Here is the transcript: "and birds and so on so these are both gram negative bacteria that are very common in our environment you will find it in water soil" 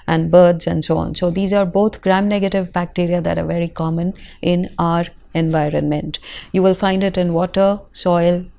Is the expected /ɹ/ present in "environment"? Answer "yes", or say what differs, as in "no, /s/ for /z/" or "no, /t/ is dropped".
yes